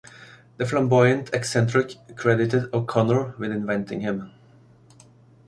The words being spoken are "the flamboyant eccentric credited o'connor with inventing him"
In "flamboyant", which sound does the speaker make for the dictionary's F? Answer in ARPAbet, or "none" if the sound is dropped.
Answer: F